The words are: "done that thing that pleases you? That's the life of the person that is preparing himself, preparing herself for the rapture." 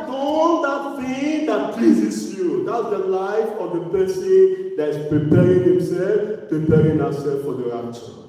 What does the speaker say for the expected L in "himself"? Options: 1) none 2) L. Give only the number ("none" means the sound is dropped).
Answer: 2